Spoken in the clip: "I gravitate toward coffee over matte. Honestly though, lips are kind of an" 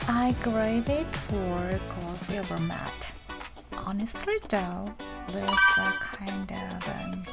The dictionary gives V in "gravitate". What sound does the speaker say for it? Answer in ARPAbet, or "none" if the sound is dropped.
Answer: none